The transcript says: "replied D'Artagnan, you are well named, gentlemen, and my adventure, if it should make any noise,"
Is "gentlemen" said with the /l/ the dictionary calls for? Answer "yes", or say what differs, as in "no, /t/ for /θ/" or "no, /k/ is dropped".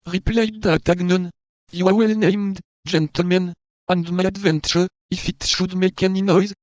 yes